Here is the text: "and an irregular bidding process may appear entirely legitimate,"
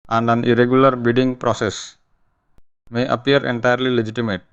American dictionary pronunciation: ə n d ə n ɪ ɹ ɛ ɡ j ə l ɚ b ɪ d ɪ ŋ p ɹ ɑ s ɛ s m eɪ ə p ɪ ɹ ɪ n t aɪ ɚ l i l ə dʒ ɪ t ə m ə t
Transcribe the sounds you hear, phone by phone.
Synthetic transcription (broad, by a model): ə n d ə n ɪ ɹ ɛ ɡ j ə l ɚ b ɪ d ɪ ŋ p ɹ ɑ s ɛ s m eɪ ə p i ɹ ɪ n t aɪ ɚ l i l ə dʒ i t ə m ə t